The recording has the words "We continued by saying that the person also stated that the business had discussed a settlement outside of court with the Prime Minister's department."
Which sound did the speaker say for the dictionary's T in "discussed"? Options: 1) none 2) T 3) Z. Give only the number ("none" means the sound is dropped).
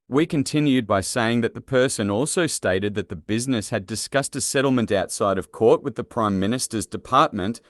2